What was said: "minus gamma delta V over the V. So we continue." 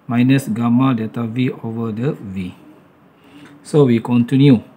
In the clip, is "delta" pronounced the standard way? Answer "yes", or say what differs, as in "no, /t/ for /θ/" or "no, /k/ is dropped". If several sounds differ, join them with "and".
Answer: no, /l/ is dropped